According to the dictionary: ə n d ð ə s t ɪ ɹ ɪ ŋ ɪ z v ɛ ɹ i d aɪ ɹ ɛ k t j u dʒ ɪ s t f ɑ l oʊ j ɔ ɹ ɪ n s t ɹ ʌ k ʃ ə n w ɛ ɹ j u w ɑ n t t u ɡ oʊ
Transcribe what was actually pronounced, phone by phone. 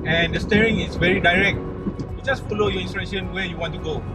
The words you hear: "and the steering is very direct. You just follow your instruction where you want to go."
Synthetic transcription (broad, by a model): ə n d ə s t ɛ ɹ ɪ ŋ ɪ s v ɛ ɹ i d aɪ ɹ ɛ k t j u dʒ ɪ s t f ɑ l oʊ j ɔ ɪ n s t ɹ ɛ ʃ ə n w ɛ j u w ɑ n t t u ɡ oʊ